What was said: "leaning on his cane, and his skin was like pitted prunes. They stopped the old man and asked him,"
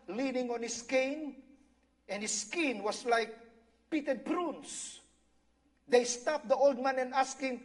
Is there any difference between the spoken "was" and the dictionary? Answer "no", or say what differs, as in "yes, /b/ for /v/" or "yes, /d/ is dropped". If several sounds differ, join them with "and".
yes, /s/ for /z/